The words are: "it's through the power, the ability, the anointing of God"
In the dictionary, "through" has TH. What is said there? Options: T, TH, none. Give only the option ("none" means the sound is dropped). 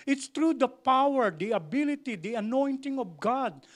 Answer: T